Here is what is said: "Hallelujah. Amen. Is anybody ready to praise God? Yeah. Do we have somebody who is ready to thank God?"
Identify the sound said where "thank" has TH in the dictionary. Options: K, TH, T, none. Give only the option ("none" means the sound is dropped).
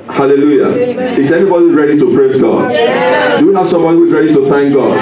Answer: TH